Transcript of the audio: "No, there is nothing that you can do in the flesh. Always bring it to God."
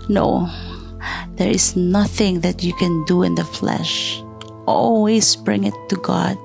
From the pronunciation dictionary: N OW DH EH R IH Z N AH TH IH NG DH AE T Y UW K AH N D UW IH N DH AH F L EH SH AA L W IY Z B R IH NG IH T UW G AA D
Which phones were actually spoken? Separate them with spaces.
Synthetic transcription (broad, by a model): N OW DH EH R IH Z N AH TH IH NG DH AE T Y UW K AH N D UW IH N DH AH F L EH SH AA L W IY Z B R IH NG IH T UW G AA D